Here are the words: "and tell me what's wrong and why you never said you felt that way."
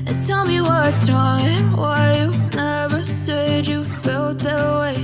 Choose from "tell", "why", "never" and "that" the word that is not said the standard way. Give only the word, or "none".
none